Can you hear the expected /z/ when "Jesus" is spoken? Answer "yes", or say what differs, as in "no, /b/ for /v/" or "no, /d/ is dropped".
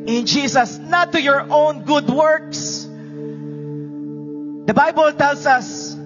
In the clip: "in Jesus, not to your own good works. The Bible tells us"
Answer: no, /s/ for /z/